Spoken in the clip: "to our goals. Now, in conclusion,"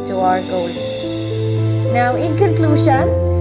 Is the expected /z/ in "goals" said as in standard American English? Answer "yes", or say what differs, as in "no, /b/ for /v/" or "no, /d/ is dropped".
no, /z/ is dropped